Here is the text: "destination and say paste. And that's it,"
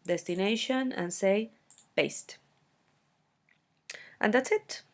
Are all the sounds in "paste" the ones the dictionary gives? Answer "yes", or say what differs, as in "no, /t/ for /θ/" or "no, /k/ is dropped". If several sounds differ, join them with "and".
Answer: no, /b/ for /p/